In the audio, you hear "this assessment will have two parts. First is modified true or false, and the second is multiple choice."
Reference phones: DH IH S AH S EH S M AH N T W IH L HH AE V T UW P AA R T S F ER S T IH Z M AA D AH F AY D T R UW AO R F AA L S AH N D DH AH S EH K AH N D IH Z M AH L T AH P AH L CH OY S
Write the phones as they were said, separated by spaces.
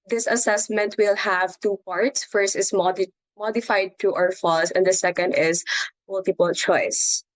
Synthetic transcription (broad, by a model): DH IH S AH S EH S M AH N T W IH L HH AE V T UW P AA R T S F ER S T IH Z M AA D AH F AY D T UW AO R F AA L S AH N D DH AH S EH K AH N D IH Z M AH L T AH P AH L CH OY S